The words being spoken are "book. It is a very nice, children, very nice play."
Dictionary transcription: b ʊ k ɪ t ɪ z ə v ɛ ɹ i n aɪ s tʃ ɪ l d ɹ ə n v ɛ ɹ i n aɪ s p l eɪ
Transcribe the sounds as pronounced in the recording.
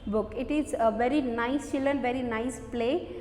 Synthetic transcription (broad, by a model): b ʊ k ɪ t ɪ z ə v ɛ ɹ i n aɪ s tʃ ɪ l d ə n v ɛ ɹ i n aɪ s p l eɪ